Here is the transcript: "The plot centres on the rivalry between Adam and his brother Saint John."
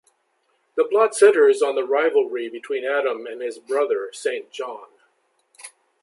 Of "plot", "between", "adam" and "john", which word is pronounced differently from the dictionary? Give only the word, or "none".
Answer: plot